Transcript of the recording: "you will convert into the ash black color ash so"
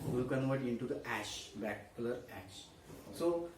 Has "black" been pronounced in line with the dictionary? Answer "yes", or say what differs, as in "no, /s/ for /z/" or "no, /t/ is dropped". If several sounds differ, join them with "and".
no, /l/ is dropped